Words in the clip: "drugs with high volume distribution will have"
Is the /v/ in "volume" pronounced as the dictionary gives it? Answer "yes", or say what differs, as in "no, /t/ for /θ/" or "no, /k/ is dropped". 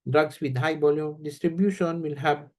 no, /b/ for /v/